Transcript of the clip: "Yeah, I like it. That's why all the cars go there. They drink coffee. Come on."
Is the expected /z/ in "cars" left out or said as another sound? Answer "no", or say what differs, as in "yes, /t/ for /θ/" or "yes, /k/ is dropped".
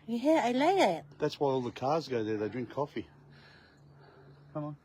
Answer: no